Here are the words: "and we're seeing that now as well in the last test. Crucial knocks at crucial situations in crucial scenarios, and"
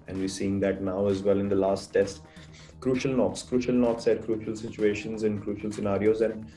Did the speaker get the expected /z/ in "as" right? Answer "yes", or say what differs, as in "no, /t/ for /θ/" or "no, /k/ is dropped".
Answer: yes